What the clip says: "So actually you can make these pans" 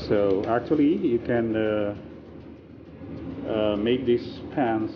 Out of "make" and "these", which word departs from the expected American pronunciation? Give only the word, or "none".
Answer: these